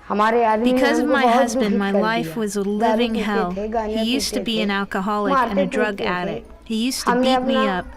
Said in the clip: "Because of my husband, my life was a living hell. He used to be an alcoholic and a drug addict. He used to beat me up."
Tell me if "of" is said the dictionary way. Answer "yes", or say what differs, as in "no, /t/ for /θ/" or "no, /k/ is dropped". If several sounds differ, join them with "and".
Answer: yes